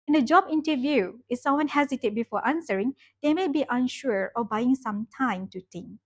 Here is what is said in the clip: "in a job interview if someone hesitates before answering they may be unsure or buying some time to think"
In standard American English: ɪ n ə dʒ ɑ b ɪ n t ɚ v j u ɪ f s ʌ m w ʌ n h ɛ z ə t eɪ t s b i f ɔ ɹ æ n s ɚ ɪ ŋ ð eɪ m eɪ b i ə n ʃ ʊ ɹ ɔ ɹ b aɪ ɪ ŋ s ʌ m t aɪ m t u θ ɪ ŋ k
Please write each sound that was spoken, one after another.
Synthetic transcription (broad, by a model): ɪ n ə dʒ ɑ b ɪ n t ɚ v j u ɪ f s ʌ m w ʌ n h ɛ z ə t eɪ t b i f ɔ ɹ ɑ n s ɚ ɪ ŋ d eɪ m eɪ b i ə n ʃ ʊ ɹ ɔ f b aɪ ɪ ŋ s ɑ m t aɪ m t u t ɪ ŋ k